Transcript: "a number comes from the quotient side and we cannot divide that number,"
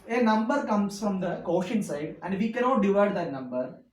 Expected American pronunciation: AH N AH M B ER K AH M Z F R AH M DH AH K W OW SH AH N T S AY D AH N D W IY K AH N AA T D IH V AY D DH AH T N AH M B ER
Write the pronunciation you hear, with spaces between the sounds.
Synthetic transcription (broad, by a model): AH N AH M B ER K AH M S F R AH M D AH K OW SH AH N S AY D AH N D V IY K AH N AA T D IH V AY D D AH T N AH M B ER